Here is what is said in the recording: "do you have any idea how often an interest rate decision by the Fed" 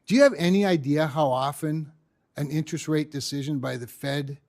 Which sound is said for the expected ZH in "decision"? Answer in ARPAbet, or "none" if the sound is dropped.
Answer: ZH